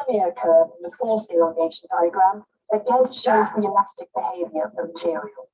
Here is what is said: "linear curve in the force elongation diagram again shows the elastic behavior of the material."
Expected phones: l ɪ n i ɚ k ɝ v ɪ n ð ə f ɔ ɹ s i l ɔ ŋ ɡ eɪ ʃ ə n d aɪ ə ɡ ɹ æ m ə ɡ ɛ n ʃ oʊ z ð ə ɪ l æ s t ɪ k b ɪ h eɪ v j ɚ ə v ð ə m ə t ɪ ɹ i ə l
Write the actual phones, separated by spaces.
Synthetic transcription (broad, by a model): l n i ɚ k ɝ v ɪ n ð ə f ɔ l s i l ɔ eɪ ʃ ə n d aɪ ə ɡ ɹ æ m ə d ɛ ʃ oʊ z ð ə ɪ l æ s t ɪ k b ɪ h eɪ v j ɚ ə v ð ə m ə t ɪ ɹ i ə l